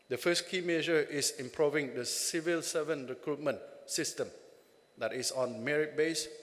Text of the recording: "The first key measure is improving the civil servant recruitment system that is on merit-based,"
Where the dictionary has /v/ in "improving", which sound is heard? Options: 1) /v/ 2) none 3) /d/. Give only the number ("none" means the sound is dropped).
1